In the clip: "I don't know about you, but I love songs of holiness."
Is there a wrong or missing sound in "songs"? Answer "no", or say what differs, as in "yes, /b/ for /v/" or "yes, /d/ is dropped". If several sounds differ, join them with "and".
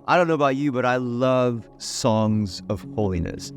no